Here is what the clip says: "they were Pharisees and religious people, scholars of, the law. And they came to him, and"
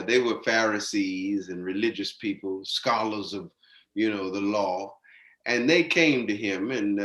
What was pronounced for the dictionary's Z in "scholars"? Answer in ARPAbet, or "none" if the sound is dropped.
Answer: Z